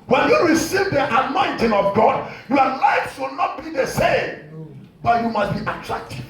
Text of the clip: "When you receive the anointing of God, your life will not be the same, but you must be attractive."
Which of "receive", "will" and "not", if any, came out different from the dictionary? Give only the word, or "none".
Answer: none